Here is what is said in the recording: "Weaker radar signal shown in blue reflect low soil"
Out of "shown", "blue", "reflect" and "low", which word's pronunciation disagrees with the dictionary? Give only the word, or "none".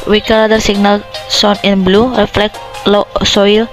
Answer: shown